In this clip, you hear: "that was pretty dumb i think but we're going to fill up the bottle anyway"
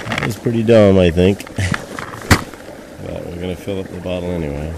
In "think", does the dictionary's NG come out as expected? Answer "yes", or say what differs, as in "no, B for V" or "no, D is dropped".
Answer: yes